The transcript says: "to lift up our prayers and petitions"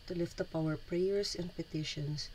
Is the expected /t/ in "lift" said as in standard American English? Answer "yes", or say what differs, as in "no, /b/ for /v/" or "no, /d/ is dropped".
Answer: yes